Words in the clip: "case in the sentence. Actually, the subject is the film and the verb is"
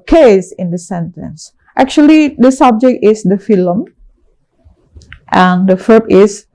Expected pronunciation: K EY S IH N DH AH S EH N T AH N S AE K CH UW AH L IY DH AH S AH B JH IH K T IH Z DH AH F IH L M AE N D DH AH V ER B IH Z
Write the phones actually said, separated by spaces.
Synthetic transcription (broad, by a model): K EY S IH N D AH S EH N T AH N S AE K CH UW AH L IY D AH S AH B JH IH K T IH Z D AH F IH L M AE N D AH F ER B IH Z